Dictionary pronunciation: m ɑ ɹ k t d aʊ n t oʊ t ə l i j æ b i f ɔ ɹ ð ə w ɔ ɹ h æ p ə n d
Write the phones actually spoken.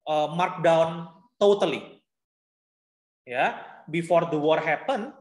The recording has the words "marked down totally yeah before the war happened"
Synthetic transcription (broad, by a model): m ɑ ɹ k d aʊ n t oʊ t ə l i j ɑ b i f ɔ ɹ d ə w ɔ ɹ h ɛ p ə n